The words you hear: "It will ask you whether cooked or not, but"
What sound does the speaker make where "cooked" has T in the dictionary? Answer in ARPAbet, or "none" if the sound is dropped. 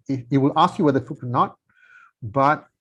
none